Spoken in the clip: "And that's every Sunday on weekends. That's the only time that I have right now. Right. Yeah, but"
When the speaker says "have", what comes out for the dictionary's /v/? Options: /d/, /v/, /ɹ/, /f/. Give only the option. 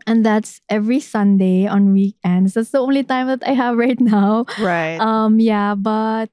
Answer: /v/